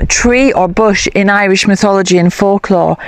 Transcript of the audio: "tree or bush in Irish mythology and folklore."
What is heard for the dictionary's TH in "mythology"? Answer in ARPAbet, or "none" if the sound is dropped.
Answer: TH